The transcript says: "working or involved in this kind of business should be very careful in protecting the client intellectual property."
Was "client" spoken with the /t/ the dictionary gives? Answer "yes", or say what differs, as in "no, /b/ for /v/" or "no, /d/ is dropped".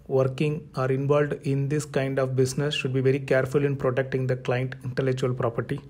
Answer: yes